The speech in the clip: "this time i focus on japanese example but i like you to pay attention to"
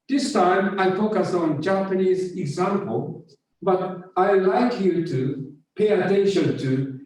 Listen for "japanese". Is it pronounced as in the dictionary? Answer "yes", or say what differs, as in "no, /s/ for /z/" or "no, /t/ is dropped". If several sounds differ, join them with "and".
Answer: yes